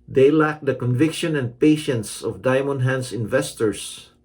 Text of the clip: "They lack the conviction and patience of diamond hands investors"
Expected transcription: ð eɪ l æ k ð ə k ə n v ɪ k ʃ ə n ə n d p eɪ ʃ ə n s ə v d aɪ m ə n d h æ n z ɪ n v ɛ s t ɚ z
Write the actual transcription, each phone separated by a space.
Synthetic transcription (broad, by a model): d eɪ l æ k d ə k ə n v ɪ k ʃ ə n ə n d p eɪ ʃ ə n s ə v d aɪ m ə n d h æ n s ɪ n v ɛ s t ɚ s